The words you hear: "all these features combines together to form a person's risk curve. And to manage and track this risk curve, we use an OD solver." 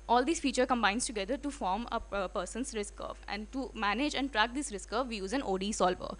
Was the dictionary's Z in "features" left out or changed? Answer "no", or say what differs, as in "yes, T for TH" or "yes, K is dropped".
yes, Z is dropped